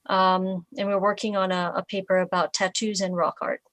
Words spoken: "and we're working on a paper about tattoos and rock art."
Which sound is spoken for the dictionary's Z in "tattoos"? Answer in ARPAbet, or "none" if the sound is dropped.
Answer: Z